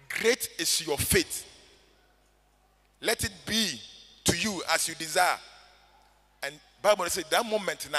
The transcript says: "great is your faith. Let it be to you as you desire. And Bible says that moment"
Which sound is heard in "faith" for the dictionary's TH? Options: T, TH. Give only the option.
T